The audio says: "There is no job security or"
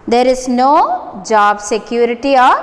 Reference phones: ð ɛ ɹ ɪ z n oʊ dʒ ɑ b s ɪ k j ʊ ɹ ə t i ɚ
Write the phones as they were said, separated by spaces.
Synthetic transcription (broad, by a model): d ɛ ɹ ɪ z n oʊ dʒ ɑ b s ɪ k j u ɹ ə t i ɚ